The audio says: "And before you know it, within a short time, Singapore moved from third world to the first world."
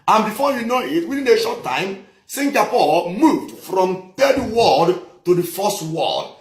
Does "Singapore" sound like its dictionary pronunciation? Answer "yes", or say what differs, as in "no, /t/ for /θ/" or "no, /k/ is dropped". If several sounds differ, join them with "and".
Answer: no, /l/ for /ɹ/